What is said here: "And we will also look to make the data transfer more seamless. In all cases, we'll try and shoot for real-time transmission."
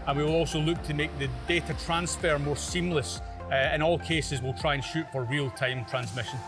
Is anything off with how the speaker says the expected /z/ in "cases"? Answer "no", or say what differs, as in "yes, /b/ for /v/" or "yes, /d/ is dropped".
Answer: no